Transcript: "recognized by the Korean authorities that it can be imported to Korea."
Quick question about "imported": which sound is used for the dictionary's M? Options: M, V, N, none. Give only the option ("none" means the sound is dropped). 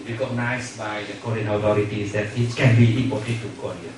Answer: none